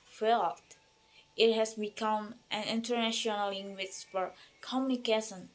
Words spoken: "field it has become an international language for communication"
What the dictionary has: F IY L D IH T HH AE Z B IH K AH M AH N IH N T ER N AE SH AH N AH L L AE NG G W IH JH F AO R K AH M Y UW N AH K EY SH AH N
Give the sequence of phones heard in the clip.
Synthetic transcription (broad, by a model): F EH L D IH T HH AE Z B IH K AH M AH N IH N T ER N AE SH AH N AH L L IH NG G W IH CH F AO R K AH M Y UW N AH K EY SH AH N